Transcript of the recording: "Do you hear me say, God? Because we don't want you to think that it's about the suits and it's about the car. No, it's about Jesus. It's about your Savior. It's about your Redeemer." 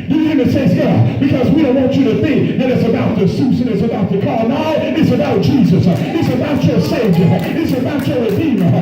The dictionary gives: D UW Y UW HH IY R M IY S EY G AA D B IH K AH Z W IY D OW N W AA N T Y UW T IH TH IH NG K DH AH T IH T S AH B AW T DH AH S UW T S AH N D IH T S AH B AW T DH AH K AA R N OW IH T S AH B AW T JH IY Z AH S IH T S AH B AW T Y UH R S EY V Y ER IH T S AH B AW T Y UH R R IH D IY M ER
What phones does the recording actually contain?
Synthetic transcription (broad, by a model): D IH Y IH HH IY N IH S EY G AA B IH K AH Z W IY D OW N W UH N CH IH T IH TH IH NG K DH AH T IH T S AH B AW T DH AH S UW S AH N IH T S AH B AW T DH AH K AA R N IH IH T S AH B AW T JH IY Z AH S IH T S AH B AW T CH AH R S EY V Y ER IH T S AH B AW T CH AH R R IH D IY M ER